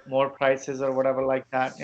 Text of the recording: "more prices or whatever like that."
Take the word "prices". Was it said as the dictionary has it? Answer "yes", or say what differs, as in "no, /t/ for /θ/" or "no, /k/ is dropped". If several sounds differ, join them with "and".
yes